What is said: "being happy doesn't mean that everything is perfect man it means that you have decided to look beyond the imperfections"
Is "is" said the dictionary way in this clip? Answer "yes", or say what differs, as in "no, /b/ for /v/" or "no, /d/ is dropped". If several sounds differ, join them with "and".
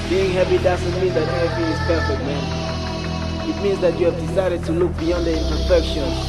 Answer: no, /s/ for /z/